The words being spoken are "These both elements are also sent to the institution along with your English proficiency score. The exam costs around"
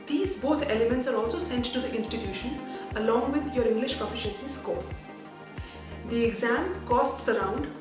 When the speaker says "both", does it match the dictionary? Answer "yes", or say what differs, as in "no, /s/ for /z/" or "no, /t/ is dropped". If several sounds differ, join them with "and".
no, /t/ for /θ/